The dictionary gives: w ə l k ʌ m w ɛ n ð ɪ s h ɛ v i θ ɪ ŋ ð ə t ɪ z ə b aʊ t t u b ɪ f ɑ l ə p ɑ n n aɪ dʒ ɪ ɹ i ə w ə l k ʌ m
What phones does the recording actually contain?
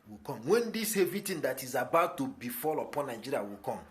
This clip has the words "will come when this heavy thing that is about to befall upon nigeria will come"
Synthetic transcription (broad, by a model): w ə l k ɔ m w ɛ n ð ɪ s h ɛ v i t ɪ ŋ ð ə t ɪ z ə b aʊ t t u b ɪ f ɑ l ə p ɑ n n aɪ dʒ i ɹ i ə w ə l k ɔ m